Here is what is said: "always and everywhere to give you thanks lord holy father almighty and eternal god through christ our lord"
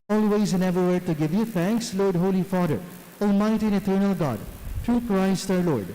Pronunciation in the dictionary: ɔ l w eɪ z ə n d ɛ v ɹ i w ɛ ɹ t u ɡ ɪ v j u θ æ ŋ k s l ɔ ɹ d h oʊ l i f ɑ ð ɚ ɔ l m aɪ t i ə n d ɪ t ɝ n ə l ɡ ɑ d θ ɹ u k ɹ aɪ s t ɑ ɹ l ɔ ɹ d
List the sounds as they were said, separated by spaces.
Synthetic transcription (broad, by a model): ɔ l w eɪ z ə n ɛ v ɹ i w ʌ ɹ t u ɡ ɪ v j u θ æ ŋ k s l ɔ ɹ d h oʊ l i f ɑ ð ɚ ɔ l m aɪ t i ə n ɪ t ɝ n ə l ɡ ɑ d t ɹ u k ɹ aɪ s t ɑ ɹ l ɔ ɹ d